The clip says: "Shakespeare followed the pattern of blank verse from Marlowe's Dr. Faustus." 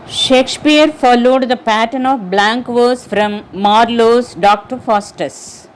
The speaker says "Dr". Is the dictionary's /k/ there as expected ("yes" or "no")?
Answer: yes